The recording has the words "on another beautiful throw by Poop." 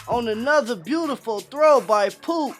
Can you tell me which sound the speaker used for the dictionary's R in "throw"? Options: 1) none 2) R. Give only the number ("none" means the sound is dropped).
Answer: 2